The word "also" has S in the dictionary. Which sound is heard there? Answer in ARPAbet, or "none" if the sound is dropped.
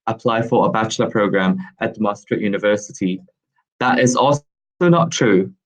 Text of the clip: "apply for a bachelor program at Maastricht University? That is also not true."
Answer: none